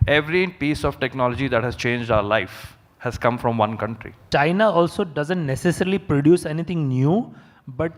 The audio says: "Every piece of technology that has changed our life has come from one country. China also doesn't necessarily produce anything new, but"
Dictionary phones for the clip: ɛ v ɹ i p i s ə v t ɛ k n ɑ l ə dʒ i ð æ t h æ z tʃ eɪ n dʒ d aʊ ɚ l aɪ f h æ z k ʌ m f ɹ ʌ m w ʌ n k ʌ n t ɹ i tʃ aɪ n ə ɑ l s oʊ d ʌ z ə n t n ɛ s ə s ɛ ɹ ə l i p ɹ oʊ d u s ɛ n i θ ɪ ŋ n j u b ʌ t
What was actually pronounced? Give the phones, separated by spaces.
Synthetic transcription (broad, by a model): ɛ v ɹ i p i s ə v t ɛ k n ɑ l ə dʒ i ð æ t h æ z tʃ eɪ n dʒ d aʊ ɚ l aɪ f h æ z k ʌ m f ɹ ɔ m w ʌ n k ʌ n t ɹ i tʃ aɪ n ə ɑ l s oʊ d ʌ z ə n t n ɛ s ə s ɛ ɹ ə l i p ɹ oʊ d u s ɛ n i t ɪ ŋ n j u b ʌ t